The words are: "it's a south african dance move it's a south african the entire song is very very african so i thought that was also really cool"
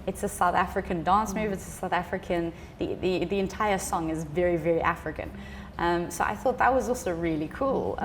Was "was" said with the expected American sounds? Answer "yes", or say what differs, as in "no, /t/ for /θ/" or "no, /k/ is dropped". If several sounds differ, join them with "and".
yes